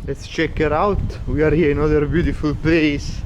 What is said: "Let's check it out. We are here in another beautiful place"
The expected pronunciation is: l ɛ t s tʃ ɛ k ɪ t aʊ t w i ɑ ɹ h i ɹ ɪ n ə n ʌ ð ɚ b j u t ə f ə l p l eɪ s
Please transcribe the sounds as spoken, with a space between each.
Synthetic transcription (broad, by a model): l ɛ t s tʃ ɛ k ɪ t aʊ t w i ɑ ɹ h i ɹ ɪ n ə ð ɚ b j u t ə f ə l p l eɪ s